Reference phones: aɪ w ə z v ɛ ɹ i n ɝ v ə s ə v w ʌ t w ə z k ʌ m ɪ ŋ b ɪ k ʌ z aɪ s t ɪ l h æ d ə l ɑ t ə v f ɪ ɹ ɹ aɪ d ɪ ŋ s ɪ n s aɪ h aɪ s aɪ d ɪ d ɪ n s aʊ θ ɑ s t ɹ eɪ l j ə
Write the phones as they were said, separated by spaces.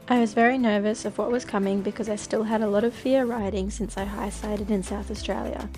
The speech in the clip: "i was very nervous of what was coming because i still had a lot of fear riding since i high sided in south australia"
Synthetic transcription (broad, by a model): aɪ w ə z v ɛ ɹ i n ɝ v ə s ə v w ʌ t w ə z k ʌ m ɪ ŋ b ɪ k ʌ z aɪ s t ɪ l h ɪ d ə l ɑ t ə v f ɪ ɹ ɹ aɪ d ɪ ŋ s ɪ n s aɪ h aɪ s aɪ d ɪ d ɪ n s aʊ θ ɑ s t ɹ eɪ l j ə